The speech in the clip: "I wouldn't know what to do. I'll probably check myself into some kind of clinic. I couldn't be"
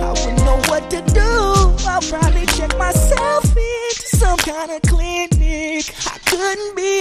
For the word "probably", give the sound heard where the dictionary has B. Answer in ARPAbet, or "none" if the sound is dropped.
none